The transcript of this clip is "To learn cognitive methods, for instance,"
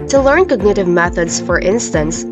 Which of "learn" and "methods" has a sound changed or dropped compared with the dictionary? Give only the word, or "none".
none